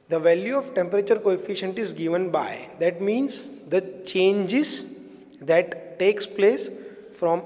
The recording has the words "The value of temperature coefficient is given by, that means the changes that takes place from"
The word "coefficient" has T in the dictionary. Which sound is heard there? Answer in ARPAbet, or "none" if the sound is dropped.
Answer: T